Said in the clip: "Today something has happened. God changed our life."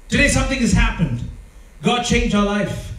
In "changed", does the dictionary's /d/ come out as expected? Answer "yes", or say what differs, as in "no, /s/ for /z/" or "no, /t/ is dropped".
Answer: no, /d/ is dropped